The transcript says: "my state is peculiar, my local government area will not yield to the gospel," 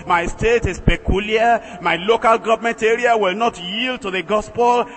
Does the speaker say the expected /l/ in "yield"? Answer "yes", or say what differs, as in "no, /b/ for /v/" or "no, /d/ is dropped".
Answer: yes